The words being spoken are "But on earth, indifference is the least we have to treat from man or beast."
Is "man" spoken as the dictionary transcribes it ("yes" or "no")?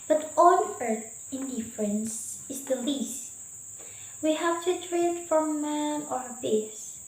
no